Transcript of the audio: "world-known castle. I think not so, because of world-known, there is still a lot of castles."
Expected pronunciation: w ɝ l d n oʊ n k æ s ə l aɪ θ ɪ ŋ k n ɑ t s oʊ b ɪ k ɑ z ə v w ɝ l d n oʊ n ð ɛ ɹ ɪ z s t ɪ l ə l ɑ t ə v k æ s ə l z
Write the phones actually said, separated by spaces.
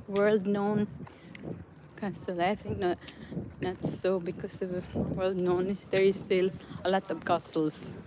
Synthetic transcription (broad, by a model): w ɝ l d n oʊ n k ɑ s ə l aɪ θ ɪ ŋ k n ɑ t s oʊ b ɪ k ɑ s ə v w ɝ l d n oʊ n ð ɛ ɹ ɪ s t ɪ l ə l ɑ t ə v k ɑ s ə l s